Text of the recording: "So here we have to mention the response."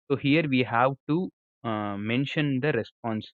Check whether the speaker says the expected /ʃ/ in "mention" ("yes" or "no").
yes